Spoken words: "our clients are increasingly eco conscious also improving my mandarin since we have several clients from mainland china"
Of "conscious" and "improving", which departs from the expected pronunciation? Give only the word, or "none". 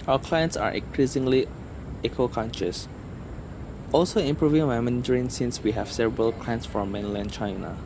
none